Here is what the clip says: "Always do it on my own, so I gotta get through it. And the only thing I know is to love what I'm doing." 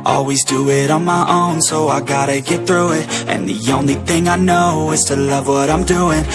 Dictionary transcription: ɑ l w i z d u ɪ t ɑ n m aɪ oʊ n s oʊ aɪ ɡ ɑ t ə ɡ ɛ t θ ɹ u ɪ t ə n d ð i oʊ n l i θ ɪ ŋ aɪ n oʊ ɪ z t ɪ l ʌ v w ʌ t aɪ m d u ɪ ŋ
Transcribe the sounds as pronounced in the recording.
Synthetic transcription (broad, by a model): ɑ l w i z d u ɪ t n m aɪ oʊ n s oʊ aɪ ɡ ɑ t ə ɡ ɛ t θ ɹ u ɪ t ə n ð i oʊ n l i θ ɪ ŋ aɪ n oʊ ɪ z t ɪ l ʌ v w ʌ t aɪ m d u ɪ ŋ